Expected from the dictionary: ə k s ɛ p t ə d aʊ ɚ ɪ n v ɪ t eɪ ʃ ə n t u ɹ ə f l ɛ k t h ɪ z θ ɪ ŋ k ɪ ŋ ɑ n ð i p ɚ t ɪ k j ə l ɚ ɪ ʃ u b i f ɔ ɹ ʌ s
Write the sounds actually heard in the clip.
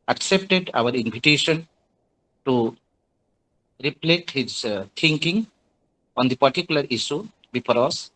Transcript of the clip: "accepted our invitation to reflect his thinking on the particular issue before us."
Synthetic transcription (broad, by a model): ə k s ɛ p t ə d aʊ ɚ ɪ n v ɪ t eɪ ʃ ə n t u ɹ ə p l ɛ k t h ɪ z t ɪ ŋ k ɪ ŋ ɑ n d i p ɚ t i k j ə l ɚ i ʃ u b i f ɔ ɹ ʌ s